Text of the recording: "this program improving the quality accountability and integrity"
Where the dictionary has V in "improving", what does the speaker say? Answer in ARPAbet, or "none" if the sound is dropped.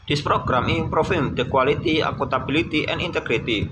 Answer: F